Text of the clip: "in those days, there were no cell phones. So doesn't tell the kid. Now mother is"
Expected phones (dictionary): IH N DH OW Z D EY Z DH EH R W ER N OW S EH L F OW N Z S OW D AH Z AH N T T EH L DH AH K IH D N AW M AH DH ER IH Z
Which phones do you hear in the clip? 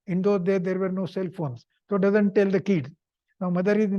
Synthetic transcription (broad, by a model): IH N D OW D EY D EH R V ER N OW S EH L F OW N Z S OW D AH Z AH N T T EH L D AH K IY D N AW M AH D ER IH